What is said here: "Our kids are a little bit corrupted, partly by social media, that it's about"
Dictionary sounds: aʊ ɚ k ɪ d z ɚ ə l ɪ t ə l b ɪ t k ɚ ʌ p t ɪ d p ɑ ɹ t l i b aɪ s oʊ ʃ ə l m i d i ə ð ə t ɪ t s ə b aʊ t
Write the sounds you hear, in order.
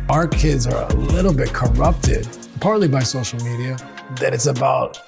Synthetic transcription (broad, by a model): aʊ ɚ k ɪ d z ɚ ə l ɪ t l b ɪ t k ɚ ʌ p t ɪ d p ɑ ɹ t l i b aɪ s oʊ ʃ l m i d i ə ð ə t ɪ t s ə b aʊ t